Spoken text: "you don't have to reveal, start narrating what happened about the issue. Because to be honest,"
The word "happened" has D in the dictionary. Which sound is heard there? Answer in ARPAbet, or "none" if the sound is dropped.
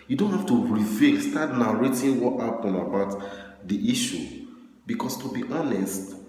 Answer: none